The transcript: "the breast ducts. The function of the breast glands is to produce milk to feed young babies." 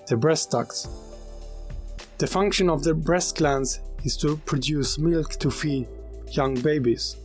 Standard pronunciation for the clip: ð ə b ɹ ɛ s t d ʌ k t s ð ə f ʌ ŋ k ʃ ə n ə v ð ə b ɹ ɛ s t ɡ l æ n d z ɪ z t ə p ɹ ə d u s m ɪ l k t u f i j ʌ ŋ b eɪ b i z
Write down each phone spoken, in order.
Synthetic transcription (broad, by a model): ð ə b ɹ ɛ s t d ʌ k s ð ə f ʌ ŋ k ʃ ə n ə v ð ə b ɹ ɛ s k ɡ l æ n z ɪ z t ə p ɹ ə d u s m ɪ l k t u f i j ʌ ŋ b eɪ b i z